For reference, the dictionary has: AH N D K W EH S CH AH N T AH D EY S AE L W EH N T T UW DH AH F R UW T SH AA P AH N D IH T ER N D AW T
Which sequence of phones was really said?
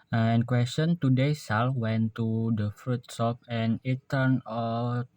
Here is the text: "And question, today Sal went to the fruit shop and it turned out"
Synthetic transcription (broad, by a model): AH N K W EH S CH AH N T AH D EY S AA L W EH N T T UW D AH F R UW T S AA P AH N IH T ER N AW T